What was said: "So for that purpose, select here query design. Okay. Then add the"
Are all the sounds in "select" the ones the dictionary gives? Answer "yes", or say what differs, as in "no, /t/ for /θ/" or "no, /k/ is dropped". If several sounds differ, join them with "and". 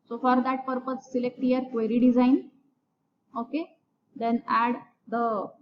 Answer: yes